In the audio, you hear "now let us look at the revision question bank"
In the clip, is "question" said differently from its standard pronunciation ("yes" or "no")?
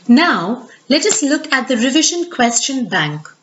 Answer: no